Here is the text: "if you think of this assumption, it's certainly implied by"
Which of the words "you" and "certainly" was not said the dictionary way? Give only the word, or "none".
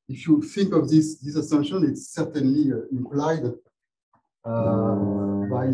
none